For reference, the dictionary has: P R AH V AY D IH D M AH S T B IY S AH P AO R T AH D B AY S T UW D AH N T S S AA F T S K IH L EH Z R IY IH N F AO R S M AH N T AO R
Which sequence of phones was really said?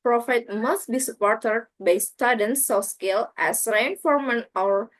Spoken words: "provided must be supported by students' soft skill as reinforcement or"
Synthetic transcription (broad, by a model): P R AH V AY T M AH S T B IY S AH P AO R T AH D B AY S T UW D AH N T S S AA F S K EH L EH S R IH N F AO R M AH N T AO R